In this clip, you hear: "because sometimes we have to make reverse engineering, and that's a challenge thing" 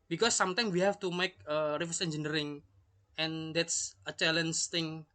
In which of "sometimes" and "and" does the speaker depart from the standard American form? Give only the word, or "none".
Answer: sometimes